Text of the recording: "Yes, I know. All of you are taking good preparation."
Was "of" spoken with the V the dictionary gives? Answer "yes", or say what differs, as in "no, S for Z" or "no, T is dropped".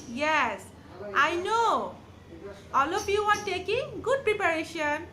no, P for V